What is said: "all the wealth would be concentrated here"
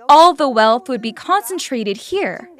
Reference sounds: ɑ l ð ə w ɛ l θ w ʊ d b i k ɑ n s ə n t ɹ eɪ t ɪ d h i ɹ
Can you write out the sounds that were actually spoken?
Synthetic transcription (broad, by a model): ɑ l ð ə w ɛ l θ w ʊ d b i k ɑ n s ə n t ɹ eɪ t ɪ d h i ɹ